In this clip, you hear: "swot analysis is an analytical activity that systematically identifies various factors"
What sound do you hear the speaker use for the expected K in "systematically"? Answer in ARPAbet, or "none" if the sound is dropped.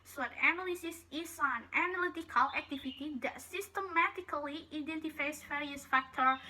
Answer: K